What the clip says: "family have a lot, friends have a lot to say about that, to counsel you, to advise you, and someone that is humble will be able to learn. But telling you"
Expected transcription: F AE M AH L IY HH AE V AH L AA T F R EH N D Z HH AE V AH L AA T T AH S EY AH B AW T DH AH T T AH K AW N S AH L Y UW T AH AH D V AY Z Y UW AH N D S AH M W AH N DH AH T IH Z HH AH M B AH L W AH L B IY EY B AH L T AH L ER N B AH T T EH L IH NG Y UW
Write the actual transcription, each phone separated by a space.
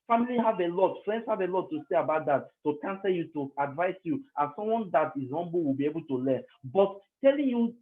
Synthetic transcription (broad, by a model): F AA M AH L IY HH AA V AH L AA T F R EH N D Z HH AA V AH L AA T T AH S EY AH B AW T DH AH T T AH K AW N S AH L Y UW T AH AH D V AY S Y UW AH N S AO M W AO N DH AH T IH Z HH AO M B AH W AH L B IY EY B AH L T AH L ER N B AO T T EH L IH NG Y UW